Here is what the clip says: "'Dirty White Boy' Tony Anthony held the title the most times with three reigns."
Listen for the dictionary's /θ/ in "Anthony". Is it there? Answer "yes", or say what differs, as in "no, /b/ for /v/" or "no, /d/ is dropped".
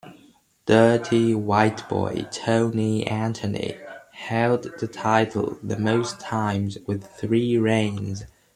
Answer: no, /t/ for /θ/